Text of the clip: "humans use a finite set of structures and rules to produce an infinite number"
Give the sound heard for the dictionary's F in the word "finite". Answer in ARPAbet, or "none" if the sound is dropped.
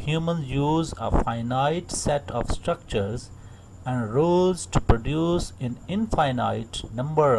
F